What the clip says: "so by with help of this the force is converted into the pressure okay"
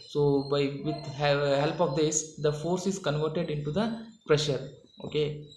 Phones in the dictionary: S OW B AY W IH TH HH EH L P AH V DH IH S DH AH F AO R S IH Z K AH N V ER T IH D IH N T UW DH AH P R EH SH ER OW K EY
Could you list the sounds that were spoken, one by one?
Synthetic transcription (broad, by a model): S OW B AY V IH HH HH EH L P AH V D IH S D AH F AO R S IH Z K AH N V ER T IH D IH N T UW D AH P R EH SH ER OW K EY